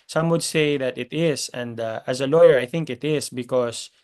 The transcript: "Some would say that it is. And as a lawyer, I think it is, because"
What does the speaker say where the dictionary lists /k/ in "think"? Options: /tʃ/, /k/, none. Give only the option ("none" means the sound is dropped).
/k/